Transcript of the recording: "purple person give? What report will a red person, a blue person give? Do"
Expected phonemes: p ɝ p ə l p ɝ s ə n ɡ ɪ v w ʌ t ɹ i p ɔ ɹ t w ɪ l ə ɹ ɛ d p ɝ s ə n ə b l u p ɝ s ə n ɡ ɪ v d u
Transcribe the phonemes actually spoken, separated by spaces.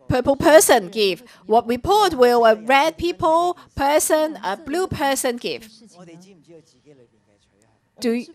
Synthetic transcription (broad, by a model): p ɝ p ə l p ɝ s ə n ɡ ɪ v w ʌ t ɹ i p ɔ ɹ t w ɪ l ə ɹ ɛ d p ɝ s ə n ə b l u p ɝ s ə n ɡ ɪ v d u